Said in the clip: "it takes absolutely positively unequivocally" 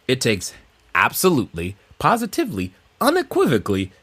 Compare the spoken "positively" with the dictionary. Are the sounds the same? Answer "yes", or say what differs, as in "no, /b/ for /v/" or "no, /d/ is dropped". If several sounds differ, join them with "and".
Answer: yes